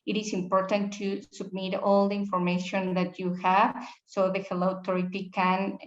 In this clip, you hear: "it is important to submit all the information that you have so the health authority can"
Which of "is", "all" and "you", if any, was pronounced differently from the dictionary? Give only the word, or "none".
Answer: is